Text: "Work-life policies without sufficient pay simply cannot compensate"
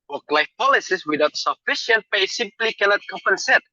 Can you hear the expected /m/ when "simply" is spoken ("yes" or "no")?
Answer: yes